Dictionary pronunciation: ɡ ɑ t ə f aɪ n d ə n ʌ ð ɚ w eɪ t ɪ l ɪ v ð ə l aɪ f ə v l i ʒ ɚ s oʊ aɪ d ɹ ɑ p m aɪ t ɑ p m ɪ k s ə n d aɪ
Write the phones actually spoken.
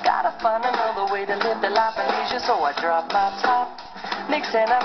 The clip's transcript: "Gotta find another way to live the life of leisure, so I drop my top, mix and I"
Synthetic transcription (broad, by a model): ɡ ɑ t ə f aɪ n ə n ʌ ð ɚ w eɪ t ɪ l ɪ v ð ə l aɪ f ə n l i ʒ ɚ s oʊ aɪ d ɹ ɑ p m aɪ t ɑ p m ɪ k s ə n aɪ